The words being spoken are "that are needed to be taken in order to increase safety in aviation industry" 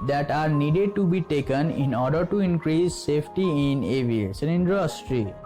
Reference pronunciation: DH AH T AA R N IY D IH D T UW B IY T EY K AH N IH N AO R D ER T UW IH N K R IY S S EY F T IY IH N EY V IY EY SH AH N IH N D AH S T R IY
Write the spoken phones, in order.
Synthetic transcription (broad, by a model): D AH T AA R N IY D IH D T UW B IY T EY K AH N IH N AO R D ER T UW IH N K R IY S S EY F T IY IH N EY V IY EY S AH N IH N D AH S T R IY